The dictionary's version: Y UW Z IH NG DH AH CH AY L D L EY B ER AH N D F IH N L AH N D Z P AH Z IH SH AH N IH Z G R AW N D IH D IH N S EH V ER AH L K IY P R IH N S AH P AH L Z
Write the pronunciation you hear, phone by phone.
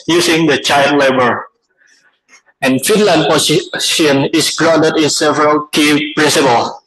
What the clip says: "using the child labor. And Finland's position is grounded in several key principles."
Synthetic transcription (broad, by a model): Y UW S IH NG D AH CH AY L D L EY B ER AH N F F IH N L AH N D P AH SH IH AH N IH S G R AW N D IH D IH N S EH V ER AH L K IY P R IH N S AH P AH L